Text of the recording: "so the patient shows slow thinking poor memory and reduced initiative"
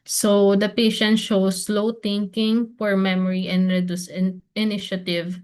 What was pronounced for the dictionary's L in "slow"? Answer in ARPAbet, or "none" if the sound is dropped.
L